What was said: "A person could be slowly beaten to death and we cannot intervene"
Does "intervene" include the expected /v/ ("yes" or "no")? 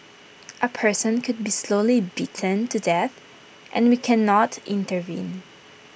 yes